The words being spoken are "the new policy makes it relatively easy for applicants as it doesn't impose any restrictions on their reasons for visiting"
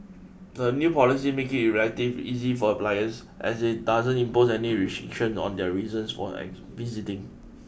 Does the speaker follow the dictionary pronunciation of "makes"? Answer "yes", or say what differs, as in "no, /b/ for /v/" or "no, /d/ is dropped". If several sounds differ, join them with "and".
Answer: no, /s/ is dropped